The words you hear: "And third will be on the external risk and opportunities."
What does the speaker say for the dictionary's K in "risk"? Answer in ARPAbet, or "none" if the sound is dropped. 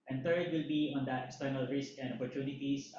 K